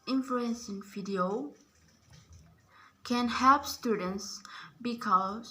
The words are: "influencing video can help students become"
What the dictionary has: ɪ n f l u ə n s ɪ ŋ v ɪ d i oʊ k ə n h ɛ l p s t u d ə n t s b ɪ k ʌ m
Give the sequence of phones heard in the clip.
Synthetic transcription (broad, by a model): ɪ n f l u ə n s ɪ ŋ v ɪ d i oʊ k ə n h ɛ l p s t u d ə n t s b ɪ k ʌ